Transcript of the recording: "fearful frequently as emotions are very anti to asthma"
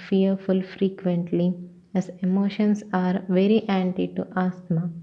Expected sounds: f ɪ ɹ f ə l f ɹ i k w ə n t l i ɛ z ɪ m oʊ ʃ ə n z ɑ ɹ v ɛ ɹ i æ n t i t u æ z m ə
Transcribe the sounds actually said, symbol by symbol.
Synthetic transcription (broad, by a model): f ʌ ɹ f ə l f ɹ i k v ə n t l i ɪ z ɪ m oʊ ʃ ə n s ɑ ɹ v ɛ ɹ i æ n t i t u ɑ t m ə